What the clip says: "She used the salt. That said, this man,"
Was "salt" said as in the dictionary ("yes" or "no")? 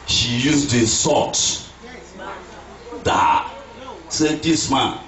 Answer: no